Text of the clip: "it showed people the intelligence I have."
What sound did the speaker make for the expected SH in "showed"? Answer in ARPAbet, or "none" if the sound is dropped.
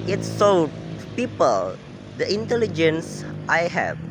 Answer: S